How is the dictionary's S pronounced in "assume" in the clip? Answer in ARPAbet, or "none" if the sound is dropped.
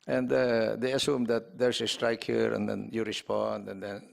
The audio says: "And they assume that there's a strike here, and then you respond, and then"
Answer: S